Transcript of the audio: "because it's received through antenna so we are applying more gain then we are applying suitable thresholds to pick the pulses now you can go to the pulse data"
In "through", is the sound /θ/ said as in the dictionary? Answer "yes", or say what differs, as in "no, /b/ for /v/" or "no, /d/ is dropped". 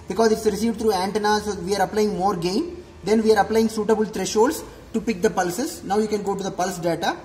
no, /t/ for /θ/